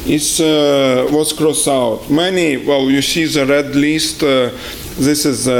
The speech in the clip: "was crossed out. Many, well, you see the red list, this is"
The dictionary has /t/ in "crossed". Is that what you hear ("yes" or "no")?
no